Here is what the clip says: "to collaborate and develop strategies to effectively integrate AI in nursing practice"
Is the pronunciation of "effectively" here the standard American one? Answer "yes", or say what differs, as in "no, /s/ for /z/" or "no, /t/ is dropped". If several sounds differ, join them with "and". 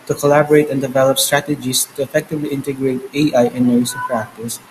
yes